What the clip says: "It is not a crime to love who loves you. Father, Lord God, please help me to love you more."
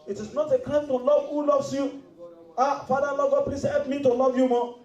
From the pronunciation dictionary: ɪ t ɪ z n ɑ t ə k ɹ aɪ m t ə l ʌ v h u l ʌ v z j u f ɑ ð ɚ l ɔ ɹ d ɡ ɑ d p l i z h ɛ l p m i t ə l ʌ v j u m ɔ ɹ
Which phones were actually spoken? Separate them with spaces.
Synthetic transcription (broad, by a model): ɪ t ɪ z n ɑ t ə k aɪ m t ə l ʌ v h u l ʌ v s j u f ɑ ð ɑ l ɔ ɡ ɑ p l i s h ɛ l p m i t ə l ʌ v j u m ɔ